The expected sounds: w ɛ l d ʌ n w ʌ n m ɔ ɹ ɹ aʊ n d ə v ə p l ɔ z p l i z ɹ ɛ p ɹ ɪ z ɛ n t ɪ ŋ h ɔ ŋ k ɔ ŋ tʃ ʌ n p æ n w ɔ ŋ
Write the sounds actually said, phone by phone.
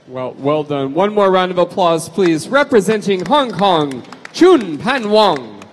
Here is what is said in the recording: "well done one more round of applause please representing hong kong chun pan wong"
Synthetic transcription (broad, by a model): w ɛ l d ʌ n w ʌ n m ɔ ɹ ɹ aʊ n d ə v ə p l ɔ z p l i z ɹ ɛ p ɹ ɪ z ɛ n t ɪ ŋ h ɔ ŋ k ɔ ŋ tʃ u n p æ n w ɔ ŋ